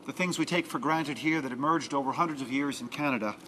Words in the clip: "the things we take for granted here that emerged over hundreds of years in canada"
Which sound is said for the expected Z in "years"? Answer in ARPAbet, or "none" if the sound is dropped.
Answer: Z